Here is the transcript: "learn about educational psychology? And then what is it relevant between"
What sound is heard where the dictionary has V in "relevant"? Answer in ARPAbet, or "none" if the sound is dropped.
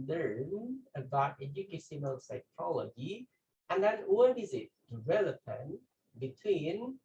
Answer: P